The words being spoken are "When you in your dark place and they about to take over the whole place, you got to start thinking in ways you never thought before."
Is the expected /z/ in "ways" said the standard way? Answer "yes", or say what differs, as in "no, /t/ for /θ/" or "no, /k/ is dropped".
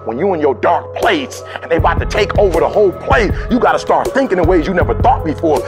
yes